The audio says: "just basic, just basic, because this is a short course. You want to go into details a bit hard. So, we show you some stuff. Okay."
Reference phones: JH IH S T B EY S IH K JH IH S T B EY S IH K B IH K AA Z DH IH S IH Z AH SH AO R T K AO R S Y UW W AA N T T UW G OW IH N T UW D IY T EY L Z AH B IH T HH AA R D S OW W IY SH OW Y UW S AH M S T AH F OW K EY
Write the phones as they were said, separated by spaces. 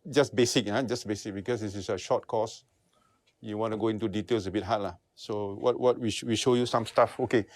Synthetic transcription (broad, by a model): JH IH S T B EY S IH K JH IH S B EY S IH K B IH K AA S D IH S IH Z AH SH AO T K AO S Y UW W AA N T T UW G OW IH N T UW D IY T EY L S AH B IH T HH AA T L S OW W IY SH OW Y UW S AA M S T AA F OW K EY